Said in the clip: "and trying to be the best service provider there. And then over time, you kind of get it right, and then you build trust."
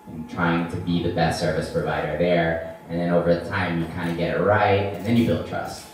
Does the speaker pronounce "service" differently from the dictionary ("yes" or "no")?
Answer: no